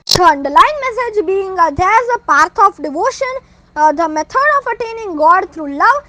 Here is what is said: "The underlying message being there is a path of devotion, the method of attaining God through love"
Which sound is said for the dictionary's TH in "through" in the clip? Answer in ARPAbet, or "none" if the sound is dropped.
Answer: T